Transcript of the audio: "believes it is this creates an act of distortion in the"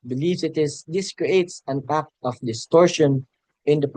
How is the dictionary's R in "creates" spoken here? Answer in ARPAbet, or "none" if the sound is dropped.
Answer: R